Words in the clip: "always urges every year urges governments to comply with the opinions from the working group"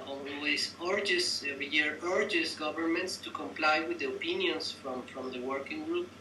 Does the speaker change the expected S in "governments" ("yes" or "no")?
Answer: no